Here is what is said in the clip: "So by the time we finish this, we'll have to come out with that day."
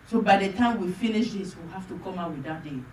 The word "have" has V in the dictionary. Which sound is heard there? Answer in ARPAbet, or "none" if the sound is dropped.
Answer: F